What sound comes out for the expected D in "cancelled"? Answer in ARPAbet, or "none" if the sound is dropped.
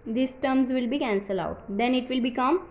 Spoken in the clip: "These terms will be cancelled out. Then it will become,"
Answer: none